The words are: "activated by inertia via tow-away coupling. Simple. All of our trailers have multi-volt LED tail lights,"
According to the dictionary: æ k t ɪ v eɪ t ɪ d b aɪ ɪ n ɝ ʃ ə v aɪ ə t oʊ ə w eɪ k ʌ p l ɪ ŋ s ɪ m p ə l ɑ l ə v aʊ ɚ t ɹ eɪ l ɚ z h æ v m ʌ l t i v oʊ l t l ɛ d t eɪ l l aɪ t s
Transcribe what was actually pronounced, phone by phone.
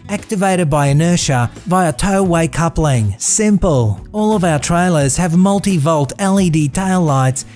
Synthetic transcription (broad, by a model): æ k t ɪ v eɪ t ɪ d b aɪ ɪ n ɝ ʃ ə v aɪ ə t oʊ ə w eɪ k ʌ p l ɪ ŋ s ɪ m p ə l ɑ l ə v aʊ ɚ t ɹ eɪ l ɚ z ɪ v m ʌ l t i v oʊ l t l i d t eɪ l l aɪ t s